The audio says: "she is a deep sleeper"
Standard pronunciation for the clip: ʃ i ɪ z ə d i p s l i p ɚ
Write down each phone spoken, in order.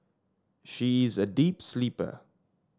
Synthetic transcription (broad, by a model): ʃ i ɪ z ə d i p s l i p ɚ